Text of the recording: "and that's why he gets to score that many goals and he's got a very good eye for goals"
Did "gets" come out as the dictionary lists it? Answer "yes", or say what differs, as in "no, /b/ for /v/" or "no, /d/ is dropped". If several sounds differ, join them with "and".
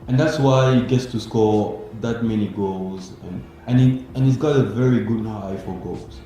yes